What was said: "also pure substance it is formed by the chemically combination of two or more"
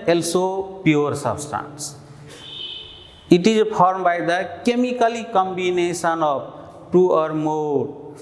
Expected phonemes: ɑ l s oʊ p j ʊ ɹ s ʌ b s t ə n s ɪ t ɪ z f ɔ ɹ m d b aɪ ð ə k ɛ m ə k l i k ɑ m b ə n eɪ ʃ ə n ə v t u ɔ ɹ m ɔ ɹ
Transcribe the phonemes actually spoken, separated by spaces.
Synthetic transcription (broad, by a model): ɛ l s oʊ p j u ɹ s ʌ b s t ə n s ɪ t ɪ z p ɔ ɹ m b aɪ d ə k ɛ m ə k l i k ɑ m b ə n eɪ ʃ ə n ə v t u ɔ ɹ m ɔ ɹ